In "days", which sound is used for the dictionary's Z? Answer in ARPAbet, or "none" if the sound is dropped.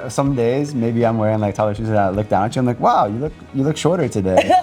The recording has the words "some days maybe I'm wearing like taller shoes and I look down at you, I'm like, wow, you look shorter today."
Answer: Z